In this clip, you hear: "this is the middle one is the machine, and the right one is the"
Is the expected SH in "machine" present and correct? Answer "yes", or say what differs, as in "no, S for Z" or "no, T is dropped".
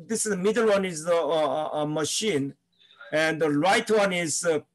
yes